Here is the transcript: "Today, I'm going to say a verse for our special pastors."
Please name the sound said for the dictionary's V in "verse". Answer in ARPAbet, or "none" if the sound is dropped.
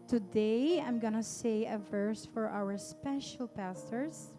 V